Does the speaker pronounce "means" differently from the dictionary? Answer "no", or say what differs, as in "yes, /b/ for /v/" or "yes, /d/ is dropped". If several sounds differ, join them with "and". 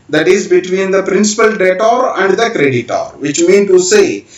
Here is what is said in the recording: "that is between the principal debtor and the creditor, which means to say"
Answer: yes, /z/ is dropped